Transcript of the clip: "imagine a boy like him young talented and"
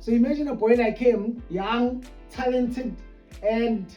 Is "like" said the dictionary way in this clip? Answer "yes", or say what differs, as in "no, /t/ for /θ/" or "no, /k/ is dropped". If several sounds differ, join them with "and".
no, /n/ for /l/